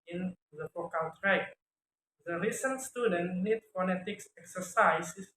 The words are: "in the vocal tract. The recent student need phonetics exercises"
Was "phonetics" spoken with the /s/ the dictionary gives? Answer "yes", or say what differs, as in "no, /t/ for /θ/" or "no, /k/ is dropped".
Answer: yes